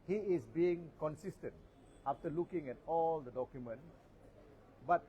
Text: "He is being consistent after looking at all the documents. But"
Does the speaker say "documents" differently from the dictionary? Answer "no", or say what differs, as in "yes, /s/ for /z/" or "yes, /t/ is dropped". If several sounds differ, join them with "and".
yes, /s/ is dropped